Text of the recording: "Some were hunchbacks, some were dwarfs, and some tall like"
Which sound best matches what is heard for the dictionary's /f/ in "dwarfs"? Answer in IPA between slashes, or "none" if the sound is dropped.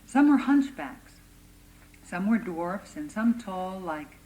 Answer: /f/